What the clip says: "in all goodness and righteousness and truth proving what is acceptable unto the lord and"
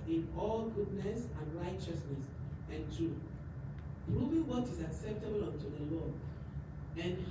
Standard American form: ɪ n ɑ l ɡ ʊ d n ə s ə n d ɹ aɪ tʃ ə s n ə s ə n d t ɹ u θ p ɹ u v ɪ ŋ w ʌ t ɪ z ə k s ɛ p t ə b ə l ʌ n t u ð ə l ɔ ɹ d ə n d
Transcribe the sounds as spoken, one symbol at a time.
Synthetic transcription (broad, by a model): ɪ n ɑ l ɡ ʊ d n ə s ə n ɹ aɪ tʃ ə s n ə s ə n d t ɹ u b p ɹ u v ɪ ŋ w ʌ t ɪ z ə k s ɛ p t ə b ə l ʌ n t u ð ə l ɔ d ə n